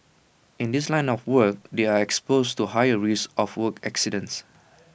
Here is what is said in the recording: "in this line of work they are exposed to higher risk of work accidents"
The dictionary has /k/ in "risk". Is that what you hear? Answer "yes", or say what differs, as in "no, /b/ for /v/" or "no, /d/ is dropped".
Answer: no, /k/ is dropped